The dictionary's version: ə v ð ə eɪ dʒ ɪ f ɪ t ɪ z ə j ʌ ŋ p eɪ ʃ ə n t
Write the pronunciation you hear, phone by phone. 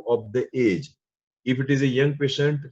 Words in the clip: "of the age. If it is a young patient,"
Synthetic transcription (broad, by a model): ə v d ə eɪ dʒ ɪ f ɪ t ɪ z ə j ʌ ŋ p eɪ ʃ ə n t